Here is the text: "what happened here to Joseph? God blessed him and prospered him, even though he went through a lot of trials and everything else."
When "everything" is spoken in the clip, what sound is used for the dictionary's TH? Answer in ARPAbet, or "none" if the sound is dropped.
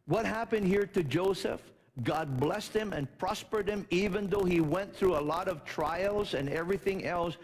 TH